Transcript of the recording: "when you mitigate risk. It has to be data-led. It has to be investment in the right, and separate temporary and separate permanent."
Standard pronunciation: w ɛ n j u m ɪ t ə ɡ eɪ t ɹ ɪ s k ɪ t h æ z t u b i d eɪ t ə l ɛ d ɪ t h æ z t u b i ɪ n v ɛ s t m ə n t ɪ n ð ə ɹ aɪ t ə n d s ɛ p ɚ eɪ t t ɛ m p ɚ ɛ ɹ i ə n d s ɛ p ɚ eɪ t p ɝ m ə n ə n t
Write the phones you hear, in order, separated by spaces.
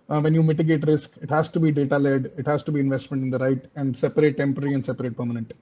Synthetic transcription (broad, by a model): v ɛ n j u m ɪ t ə ɡ eɪ t ɹ ɪ s k ɪ t h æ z t u b i d eɪ t ə l ɛ d ɪ t h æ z t u b i ɪ n v ɛ s t m ə n t ɪ n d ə ɹ aɪ t ə n d s ɛ p ɚ eɪ t t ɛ m p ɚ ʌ ɹ i ə n d s ɛ p ɚ eɪ t p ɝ m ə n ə n t